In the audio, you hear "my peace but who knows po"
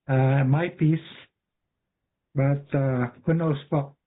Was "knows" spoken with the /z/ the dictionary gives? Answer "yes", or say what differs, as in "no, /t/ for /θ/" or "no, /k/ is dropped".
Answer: no, /s/ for /z/